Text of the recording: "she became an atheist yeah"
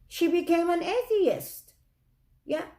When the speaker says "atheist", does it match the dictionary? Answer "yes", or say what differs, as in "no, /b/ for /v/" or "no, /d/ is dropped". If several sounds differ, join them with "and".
yes